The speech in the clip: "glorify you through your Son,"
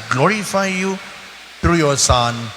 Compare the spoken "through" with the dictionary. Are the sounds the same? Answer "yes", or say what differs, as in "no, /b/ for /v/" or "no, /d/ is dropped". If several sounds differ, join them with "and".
no, /t/ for /θ/